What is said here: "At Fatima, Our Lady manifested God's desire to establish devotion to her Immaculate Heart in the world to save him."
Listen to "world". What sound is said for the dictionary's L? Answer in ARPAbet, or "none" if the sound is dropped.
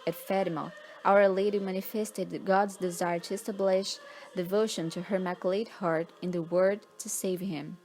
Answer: none